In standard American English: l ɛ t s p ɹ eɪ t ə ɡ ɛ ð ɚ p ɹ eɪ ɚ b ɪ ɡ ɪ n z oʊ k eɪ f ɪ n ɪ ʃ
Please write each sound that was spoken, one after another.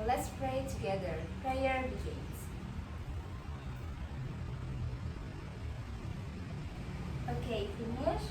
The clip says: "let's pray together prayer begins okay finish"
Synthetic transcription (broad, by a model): l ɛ t s p ɹ eɪ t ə ɡ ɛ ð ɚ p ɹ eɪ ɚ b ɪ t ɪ z oʊ k eɪ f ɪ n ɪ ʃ